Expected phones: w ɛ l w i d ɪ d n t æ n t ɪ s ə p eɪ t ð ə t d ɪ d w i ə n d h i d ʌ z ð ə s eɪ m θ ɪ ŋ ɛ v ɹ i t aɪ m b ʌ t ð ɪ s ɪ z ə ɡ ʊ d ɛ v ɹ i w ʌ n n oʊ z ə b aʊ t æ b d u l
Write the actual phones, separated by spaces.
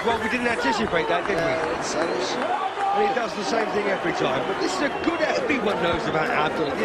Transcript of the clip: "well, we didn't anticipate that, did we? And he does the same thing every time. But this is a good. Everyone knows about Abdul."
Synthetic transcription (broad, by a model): w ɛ l w i d ɪ d n t æ n t ɪ s ə p eɪ t ð ə t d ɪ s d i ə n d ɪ d ʌ z ð ə s eɪ m θ ɪ ŋ ɛ v ɹ i t aɪ m b ʌ t ð ɪ s ɪ z ə ɡ ʊ d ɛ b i w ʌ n n oʊ z ə b aʊ t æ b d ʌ l